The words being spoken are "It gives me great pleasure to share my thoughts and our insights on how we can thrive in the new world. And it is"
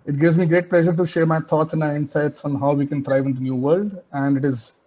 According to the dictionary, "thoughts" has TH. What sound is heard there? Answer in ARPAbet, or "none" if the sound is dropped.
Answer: T